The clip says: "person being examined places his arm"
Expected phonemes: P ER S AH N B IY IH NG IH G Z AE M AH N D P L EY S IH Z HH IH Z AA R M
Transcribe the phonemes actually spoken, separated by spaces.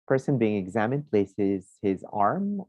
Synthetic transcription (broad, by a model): P ER S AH N B IY IH NG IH G Z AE M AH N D P L EY S IH Z HH IH Z AA R M